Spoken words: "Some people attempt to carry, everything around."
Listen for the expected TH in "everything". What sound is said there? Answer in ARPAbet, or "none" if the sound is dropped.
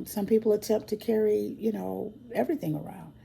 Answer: TH